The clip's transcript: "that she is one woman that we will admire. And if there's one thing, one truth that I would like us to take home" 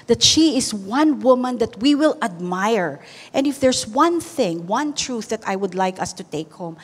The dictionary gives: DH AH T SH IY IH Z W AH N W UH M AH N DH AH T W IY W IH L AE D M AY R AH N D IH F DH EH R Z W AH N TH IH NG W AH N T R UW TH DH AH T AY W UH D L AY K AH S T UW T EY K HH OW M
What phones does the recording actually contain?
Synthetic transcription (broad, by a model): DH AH T SH IY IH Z W AH N W UH M AH N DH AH T W IY W IH L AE D M AY R AH N D IH F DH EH R S W AH N TH IH NG W AH N T R UW TH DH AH T AY W UH D L AY K AH S T UW T EY K HH OW M